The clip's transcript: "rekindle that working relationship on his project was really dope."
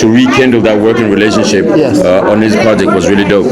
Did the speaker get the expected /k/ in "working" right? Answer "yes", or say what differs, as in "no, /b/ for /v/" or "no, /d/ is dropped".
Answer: yes